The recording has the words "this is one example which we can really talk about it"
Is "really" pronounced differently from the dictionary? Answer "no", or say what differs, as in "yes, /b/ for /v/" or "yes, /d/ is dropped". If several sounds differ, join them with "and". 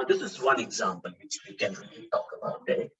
yes, /l/ is dropped